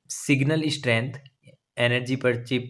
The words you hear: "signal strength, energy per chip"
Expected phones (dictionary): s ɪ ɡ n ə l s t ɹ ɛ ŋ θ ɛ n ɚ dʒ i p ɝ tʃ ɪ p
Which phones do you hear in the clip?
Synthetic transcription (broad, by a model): s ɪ ɡ n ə l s t ɹ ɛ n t ɛ n ɚ dʒ i p ɝ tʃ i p